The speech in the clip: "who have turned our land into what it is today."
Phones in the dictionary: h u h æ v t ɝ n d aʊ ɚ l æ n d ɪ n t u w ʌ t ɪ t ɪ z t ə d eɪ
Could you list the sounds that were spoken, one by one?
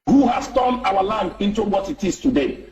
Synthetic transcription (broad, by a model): h u h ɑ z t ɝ n aʊ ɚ l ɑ n d ɪ n t u w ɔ t ɪ t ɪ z t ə d eɪ